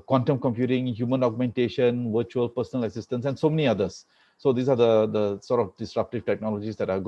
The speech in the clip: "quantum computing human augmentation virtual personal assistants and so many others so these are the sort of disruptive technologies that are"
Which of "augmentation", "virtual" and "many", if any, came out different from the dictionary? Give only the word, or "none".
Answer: none